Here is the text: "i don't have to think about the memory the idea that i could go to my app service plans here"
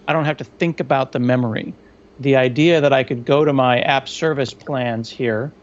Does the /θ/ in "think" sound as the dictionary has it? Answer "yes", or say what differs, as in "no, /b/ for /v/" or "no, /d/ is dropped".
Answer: yes